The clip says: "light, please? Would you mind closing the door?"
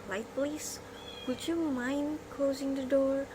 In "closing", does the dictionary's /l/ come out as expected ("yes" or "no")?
yes